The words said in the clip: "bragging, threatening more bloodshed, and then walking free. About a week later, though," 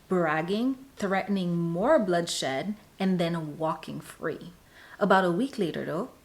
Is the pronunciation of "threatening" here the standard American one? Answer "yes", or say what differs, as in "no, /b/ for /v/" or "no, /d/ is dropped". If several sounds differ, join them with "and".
yes